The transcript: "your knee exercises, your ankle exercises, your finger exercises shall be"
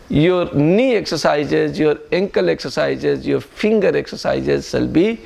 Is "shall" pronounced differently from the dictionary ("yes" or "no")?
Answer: yes